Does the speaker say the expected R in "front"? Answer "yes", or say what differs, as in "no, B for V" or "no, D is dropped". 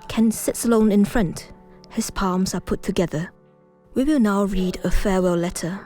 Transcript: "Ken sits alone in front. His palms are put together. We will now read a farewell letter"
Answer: yes